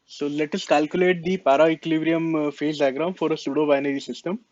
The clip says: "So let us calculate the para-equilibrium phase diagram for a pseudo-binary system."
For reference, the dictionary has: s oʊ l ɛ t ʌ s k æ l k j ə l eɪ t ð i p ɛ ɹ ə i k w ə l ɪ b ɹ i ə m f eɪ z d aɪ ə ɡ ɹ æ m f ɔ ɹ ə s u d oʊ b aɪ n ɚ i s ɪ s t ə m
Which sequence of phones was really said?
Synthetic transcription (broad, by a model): s oʊ l ɛ t ʌ s k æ l k j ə l eɪ t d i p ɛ ɹ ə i k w l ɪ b ɹ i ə m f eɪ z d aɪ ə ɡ ɹ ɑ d f ɔ ɹ ə s u d oʊ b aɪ n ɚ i s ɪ s t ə m